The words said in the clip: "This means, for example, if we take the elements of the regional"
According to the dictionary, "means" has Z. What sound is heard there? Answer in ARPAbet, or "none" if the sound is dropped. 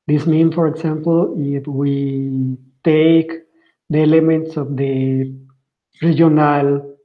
none